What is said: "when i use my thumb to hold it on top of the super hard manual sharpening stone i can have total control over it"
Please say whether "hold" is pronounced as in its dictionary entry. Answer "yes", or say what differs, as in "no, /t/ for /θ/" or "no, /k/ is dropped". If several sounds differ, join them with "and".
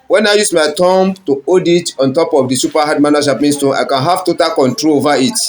no, /l/ is dropped